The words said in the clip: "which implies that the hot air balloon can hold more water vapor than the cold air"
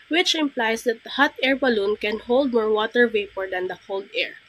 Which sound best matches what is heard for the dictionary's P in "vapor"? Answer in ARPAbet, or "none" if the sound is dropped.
P